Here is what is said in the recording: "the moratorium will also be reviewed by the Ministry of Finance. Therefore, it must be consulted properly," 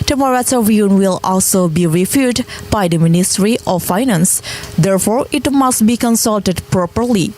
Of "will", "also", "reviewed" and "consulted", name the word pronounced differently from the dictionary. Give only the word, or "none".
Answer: reviewed